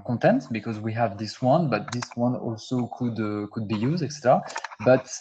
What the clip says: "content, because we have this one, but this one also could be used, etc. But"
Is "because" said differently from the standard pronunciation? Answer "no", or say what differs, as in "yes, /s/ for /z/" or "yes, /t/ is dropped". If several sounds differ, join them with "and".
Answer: no